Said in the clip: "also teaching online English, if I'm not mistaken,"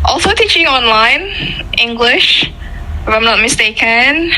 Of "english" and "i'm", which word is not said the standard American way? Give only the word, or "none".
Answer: none